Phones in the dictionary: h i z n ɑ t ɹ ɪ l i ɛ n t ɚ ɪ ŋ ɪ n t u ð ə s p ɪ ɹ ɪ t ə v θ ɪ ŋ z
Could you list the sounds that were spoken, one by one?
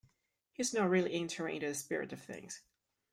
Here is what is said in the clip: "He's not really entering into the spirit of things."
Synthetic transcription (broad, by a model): h i z n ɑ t ɹ ɪ l i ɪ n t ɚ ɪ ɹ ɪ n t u ð ə s p ɪ ɹ ɪ t ə v θ ɪ ŋ z